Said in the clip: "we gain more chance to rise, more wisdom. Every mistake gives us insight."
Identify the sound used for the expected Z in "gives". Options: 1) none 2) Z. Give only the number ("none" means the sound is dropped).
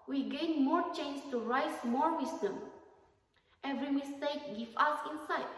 1